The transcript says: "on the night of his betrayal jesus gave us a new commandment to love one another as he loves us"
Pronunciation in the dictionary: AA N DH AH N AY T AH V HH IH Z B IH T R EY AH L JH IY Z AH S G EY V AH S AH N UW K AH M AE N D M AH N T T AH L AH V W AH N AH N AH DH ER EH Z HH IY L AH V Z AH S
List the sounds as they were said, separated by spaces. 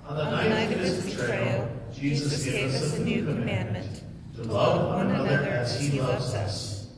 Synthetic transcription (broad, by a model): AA N DH AH N AY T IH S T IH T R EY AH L JH IY Z AH S G EY V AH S AH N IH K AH M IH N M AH N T T AH L AH V W AH N AH N AH DH ER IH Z HH IY L AH V Z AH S